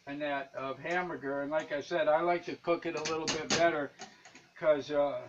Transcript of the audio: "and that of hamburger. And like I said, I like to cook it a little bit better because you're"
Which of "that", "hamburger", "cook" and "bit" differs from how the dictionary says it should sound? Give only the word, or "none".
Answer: hamburger